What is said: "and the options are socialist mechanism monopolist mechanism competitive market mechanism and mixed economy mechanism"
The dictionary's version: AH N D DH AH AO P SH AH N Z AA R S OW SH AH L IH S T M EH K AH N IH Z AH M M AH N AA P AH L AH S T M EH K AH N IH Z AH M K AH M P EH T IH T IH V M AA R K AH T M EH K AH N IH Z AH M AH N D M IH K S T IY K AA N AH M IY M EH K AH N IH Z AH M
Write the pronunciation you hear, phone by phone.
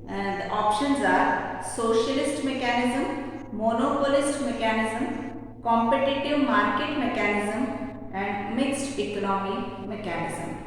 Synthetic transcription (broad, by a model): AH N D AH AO P SH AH N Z AA R S OW SH AH L IH S T M EH K AH N IH Z AH M M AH N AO P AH L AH S T M EH K AH N IH Z AH M K AH M P EH T IH T IH V M AA R K AH T M EH K AH N IH Z AH M AH N D M IH K S T IY K AA N AH M IY M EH K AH N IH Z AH M